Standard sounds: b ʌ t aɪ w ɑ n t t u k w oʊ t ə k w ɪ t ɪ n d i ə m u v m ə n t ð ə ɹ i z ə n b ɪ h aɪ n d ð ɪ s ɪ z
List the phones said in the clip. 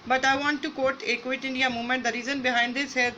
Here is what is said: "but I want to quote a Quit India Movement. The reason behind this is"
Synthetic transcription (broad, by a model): b ʌ t aɪ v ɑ n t t u k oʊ t ə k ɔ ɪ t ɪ n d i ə m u m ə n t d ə ɹ i z ə n b ɪ h aɪ n d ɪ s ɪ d